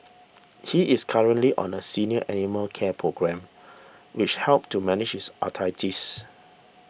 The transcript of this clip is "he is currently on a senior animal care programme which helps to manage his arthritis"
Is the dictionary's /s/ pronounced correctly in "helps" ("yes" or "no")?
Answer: no